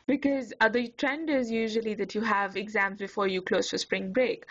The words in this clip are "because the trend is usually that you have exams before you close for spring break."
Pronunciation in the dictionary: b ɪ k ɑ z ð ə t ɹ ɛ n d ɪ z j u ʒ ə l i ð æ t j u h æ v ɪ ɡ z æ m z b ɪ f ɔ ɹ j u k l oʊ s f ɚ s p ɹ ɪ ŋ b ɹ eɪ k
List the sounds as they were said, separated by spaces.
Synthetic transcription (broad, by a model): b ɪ k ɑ z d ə t ɹ ɛ n d ɪ z j u ʒ ə l i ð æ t j u h æ v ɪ ɡ z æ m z b ɪ f ɔ ɹ j u k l oʊ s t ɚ s p ɹ ɪ ŋ b ɹ eɪ k